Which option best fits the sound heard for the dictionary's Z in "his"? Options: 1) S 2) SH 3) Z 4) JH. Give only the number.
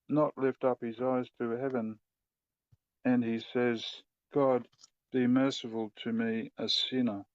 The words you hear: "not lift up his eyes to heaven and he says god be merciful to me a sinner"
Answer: 3